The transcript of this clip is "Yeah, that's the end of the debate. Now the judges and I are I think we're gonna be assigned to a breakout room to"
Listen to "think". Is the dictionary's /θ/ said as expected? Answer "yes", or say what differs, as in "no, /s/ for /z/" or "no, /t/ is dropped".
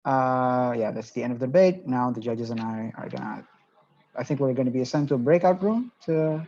yes